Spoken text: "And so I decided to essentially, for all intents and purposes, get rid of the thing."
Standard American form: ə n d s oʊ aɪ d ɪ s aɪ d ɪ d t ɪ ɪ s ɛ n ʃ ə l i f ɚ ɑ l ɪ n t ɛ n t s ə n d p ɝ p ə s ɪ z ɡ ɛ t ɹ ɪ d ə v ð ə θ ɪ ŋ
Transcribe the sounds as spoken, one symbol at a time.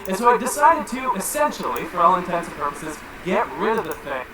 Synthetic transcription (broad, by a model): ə n s oʊ aɪ d ɪ s aɪ d ɪ d t ɪ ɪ s ɛ n ʃ l i f ɚ ɑ l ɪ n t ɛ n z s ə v p ɝ p ə s ɪ z ɡ ɛ t ɹ ɪ d ə v ð ə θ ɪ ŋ